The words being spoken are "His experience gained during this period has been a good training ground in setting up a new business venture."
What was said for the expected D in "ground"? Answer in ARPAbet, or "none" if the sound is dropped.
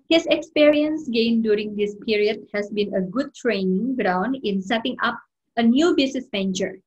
D